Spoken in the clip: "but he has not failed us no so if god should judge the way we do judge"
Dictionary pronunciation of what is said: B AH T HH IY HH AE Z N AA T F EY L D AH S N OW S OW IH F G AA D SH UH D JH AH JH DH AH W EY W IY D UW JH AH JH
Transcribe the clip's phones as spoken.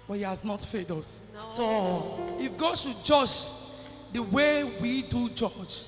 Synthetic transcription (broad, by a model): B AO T HH IY HH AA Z N AA T F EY D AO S S OW IH F G AA D SH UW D JH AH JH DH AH W EY W IY D UW JH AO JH